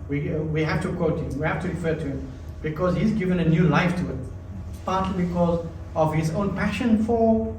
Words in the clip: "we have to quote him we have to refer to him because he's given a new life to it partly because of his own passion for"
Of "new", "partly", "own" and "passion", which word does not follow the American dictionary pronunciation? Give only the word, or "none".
none